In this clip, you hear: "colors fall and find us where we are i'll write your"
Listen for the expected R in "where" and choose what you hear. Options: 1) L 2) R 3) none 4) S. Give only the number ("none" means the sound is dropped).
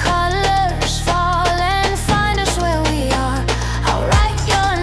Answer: 2